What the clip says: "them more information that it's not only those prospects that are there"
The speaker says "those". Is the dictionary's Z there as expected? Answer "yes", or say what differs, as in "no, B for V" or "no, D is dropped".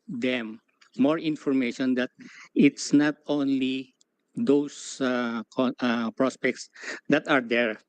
no, S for Z